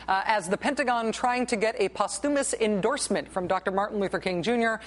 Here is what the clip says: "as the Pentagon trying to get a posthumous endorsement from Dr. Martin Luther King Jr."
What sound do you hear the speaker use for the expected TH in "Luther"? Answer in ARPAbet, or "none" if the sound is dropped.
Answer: TH